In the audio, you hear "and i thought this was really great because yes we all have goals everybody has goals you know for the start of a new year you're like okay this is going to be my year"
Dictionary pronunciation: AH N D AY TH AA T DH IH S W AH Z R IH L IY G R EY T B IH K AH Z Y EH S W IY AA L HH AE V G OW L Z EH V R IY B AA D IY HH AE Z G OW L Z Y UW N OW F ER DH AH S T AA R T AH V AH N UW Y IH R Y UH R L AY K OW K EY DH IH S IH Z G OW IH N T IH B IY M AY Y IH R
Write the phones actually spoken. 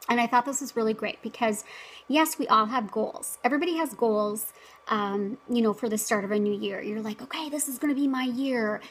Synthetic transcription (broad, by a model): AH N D AY TH AA T DH IH S W AH Z R IH L IY G R EY T B IH K AH Z Y EH S W IY AA L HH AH V G OW L Z EH V R IY B AA D IY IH Z G OW L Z Y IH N OW F ER DH AH S T AA R T AH V AH N UW Y IH R Y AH R L AY K OW K EY DH IH S IH Z G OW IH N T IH B IY M AY Y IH R